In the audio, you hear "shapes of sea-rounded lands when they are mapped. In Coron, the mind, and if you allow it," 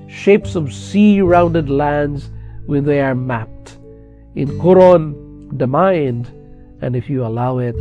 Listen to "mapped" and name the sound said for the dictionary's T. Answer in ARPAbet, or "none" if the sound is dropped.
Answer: T